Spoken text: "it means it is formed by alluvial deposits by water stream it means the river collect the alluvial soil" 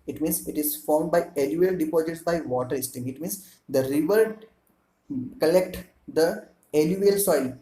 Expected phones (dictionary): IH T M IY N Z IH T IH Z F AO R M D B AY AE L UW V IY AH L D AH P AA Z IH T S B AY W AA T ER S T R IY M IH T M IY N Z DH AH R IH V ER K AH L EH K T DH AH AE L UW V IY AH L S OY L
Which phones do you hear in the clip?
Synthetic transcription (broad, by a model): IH T M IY N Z IH T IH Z F AO R M D B AY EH L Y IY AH L D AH P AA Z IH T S B AY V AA T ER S T IY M IH T M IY N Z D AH R IH V ER K AH L EH K T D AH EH L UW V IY L S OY L